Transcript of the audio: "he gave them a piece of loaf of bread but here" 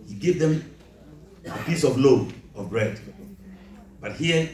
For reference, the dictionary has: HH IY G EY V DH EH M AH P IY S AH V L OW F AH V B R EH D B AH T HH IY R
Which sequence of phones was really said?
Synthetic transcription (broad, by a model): HH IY G EY V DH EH M AH P IY S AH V L OW AH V B R EH D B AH T HH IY